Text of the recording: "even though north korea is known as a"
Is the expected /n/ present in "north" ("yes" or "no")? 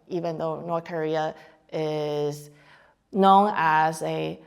yes